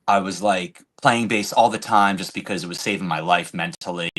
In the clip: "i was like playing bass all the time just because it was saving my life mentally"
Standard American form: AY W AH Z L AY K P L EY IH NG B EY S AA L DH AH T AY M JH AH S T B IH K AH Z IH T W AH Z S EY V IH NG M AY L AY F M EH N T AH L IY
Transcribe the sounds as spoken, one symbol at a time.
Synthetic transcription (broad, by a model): AY W AH Z L AY K P L EY IH NG B EY S AA L DH AH T AY M JH AH S B IH K AH Z IH T W AH Z S EY V IH NG M AY L AY F M EH N T L IY